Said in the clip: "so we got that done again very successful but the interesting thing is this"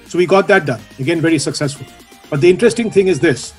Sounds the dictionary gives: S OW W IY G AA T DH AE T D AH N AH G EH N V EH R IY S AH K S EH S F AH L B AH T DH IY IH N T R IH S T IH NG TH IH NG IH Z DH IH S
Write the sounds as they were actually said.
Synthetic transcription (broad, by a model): S OW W IY G AA T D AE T D AH N AH G EH N V EH R IY S AH K S EH S F AH L B AH T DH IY IH N T R IH S T IH NG T IH NG IH Z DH IH S